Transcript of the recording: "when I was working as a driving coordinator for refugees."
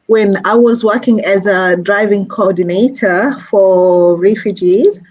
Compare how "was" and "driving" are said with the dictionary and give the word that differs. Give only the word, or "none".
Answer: none